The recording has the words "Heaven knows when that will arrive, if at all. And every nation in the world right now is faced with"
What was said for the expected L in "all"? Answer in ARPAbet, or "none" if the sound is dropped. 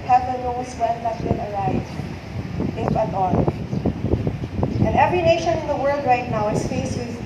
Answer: N